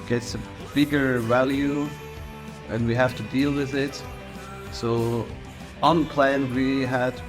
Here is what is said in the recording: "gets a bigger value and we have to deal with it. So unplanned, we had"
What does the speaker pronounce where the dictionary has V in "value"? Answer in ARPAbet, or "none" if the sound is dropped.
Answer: V